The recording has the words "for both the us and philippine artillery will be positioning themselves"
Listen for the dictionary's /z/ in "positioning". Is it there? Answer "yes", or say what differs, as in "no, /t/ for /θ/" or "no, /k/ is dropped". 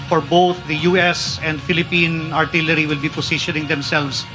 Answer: no, /s/ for /z/